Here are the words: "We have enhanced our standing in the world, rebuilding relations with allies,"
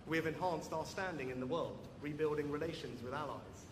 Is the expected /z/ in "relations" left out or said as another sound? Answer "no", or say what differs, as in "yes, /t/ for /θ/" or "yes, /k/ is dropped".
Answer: no